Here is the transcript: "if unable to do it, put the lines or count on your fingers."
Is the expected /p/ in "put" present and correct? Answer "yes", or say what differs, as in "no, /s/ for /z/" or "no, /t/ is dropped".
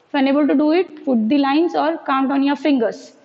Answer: no, /f/ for /p/